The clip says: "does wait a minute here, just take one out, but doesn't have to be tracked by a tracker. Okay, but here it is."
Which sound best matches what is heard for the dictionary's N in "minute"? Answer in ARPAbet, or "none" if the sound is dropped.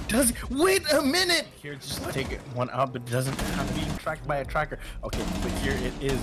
N